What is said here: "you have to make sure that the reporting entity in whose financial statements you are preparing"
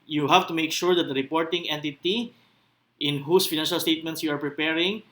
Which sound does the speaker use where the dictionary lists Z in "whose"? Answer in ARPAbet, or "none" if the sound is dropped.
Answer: S